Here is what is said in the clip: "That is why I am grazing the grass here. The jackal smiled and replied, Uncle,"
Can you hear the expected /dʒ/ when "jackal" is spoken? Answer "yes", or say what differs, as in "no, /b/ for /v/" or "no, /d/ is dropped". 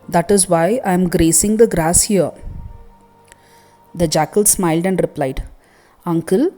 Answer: yes